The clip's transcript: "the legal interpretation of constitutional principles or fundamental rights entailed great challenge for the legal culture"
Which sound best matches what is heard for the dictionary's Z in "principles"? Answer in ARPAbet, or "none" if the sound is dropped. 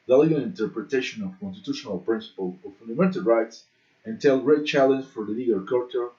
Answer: none